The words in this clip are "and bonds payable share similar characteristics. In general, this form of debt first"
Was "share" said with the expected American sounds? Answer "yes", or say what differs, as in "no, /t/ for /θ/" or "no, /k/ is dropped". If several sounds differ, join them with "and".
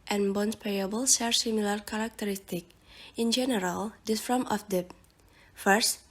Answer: no, /s/ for /ʃ/